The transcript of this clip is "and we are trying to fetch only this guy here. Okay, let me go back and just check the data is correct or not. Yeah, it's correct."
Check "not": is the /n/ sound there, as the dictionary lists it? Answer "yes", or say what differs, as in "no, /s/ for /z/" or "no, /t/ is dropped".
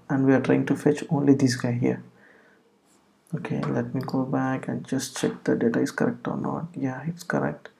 yes